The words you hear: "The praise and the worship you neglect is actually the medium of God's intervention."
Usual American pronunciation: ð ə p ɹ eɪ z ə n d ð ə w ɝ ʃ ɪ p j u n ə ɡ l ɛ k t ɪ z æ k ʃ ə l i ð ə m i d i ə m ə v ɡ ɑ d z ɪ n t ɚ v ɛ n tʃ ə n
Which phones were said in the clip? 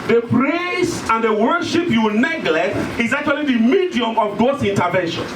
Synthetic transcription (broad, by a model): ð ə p ɹ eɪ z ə n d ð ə w ɝ ʃ ɪ p j u n ə ɡ l ɛ k t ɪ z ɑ k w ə l i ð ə m i d i ə m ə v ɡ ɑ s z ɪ n t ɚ v ɛ n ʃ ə n